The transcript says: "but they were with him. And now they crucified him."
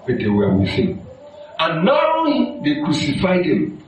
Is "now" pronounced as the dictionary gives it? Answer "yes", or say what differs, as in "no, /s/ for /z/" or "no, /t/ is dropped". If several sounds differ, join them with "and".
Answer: no, /l/ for /n/